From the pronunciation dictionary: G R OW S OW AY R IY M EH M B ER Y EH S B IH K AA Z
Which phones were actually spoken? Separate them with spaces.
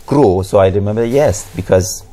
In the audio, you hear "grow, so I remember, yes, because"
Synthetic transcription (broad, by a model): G R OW S OW AY R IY M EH M B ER Y EH S B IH K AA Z